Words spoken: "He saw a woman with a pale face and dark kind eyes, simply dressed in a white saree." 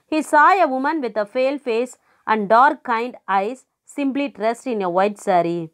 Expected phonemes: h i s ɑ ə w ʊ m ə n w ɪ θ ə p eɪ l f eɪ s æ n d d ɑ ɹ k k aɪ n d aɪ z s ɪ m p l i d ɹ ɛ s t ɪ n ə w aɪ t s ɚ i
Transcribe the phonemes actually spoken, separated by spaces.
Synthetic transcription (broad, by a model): h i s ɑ ə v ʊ m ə n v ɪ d ə f eɪ l f eɪ s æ n d d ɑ ɹ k k aɪ n d aɪ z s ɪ m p l i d ɹ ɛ s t ɪ n ə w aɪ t s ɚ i